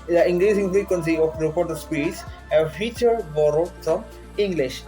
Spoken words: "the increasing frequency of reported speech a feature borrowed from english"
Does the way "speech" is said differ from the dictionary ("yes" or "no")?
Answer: yes